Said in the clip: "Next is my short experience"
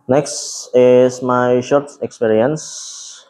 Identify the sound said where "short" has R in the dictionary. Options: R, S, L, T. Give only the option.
R